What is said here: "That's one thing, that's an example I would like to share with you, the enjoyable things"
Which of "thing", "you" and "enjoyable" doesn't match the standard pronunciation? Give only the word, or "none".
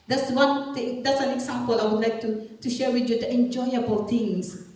thing